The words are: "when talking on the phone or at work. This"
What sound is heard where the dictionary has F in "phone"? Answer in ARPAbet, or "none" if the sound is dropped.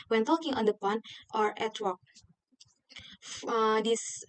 P